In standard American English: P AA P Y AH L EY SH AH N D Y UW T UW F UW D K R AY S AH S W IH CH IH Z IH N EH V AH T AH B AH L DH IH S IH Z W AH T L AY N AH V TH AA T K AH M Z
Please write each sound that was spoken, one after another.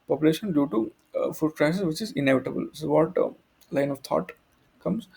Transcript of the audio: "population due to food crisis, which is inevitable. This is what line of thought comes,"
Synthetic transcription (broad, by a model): P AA P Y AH L EY SH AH N D Y UW T UW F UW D K R AY S AH S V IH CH IH Z IH N EH V AH T AH B AH L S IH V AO T L AY N AH V T AA T K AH M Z